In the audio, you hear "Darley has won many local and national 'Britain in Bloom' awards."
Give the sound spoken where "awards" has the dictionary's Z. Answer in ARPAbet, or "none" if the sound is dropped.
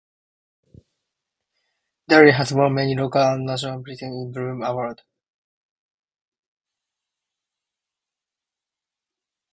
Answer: none